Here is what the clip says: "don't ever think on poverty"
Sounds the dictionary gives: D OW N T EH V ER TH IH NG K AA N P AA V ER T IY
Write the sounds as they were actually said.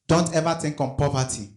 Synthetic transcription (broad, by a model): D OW N T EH V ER T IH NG K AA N P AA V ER T IY